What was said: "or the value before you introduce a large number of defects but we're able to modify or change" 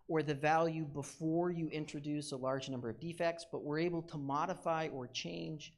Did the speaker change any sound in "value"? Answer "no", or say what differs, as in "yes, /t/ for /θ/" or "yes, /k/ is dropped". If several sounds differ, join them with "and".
no